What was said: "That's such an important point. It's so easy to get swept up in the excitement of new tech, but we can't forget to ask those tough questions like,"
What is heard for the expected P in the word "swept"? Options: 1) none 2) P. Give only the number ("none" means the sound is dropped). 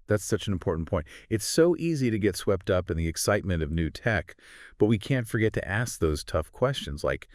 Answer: 2